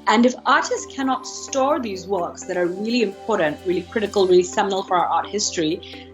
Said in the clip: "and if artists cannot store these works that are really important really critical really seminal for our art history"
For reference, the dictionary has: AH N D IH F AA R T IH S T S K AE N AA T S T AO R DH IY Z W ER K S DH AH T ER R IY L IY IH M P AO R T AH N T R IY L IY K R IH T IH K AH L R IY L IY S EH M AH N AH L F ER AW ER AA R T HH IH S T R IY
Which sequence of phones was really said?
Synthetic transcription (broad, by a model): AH N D IH F AA R T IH S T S K AE N AA T S T AO R DH IY Z W ER K S DH AH T ER R IY L IY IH M P AO R T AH N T R IY L IY K R IH T IH K AH L R IY L IY S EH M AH N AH L F ER AW ER AA R T HH IH S T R IY